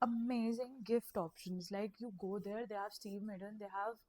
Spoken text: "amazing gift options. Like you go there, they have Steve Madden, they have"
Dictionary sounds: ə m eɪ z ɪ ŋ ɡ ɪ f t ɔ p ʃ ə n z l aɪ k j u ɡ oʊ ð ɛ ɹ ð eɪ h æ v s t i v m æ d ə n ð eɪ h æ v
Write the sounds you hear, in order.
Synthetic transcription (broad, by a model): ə m eɪ z ɪ ŋ ɡ ɪ f t ɔ p ʃ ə n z l aɪ k j u ɡ oʊ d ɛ ɹ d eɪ h æ v s t i v m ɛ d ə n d eɪ h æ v